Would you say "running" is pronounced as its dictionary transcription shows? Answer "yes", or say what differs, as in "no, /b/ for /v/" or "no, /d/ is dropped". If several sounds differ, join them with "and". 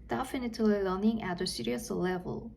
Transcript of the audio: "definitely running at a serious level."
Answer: no, /l/ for /ɹ/